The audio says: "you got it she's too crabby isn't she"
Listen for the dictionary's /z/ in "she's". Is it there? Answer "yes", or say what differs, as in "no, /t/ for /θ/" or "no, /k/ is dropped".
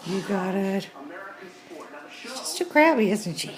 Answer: no, /s/ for /z/